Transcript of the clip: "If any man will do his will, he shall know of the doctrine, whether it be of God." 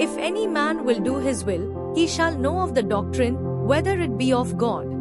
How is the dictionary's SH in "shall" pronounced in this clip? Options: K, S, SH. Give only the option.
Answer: SH